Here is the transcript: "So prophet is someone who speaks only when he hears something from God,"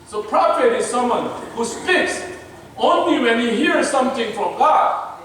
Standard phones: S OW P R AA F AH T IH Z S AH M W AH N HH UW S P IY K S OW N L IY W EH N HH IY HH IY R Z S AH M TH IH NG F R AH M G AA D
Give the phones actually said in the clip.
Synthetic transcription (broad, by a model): S OW P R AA P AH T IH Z S AH M W AH N HH UW S P IY K S OW N L IY W EH N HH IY HH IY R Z S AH M T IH NG F R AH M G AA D